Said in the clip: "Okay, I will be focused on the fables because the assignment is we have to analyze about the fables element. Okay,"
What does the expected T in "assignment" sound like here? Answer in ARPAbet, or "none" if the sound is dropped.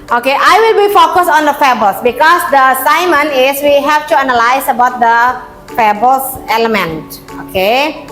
none